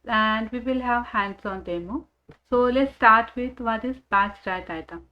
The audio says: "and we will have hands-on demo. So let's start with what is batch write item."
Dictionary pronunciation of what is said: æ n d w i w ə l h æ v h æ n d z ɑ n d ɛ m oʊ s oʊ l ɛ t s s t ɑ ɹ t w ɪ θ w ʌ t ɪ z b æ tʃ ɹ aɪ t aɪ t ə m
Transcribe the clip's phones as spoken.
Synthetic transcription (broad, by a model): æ n d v i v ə l h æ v h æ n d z ɑ n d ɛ m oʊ s oʊ l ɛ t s s t ɑ ɹ t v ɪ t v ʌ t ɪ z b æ s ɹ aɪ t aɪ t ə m